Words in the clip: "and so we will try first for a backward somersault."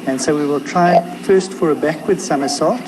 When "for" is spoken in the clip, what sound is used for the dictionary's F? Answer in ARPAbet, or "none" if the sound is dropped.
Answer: F